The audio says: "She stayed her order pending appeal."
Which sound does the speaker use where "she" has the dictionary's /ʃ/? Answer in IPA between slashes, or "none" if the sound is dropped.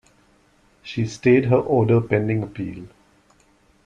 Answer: /ʃ/